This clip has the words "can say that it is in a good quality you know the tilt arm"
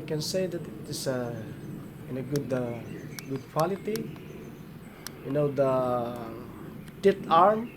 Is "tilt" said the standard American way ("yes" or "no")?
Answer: no